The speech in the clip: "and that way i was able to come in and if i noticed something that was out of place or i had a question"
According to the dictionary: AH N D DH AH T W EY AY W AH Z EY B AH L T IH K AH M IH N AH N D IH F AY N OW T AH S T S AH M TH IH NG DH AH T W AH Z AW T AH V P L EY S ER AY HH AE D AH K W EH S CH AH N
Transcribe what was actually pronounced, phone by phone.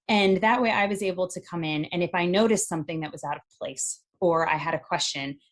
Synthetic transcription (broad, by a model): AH N DH AH T W EY AY W AH Z EY B L T IH K AH M IH N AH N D IH F AY N OW T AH S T S AH M TH IH NG DH AH T W AH Z AW T AH V P L EY S ER AY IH D AH K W EH S CH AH N